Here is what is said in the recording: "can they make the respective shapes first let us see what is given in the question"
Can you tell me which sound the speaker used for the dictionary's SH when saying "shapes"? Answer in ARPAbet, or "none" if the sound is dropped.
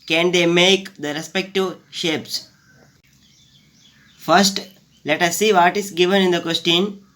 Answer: SH